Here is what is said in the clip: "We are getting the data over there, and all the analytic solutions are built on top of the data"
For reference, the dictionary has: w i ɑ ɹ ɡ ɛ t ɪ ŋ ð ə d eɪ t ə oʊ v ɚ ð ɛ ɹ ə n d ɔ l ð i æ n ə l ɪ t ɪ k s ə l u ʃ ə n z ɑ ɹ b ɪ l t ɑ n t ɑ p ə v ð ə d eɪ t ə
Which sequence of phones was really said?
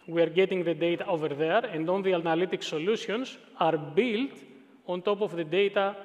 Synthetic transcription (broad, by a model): w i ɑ ɹ ɡ ɛ t ɪ ŋ ð ə d eɪ t ə oʊ v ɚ ð ɛ ɹ ə n d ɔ n ð i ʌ n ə l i t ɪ k s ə l u s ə n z ɑ ɹ b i l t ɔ n t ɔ p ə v ð ə d eɪ t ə